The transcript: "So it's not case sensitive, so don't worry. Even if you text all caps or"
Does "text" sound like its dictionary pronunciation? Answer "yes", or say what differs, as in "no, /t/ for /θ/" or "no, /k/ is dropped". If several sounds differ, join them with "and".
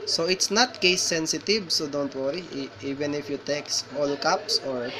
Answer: yes